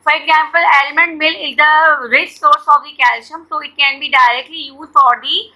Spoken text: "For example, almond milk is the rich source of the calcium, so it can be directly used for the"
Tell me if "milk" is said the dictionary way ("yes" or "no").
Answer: no